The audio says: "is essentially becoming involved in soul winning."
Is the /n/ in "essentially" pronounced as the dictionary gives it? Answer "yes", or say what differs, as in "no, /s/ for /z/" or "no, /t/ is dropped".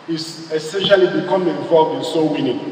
yes